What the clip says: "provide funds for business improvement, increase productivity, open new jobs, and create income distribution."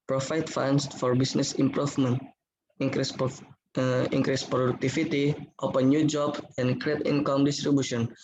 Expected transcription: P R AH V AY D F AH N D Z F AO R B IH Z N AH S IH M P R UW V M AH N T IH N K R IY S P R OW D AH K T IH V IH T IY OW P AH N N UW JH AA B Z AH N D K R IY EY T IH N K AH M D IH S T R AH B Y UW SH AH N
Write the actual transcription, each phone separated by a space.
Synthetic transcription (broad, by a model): P R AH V AY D F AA N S F AO R B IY S N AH S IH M P R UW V M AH N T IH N K R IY S P R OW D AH K T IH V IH T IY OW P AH N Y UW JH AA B AH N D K R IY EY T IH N K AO M D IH S T R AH B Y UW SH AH N